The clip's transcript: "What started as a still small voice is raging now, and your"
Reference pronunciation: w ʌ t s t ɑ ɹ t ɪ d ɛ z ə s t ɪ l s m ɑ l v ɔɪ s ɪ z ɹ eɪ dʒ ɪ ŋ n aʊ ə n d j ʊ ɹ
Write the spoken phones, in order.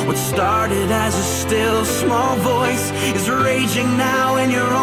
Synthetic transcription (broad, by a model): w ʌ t s t ɑ ɹ t ɪ d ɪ z ə s t ɪ l s m ɑ l v ɔɪ s ɪ z ɹ eɪ dʒ ɪ ŋ n aʊ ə n j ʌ ɹ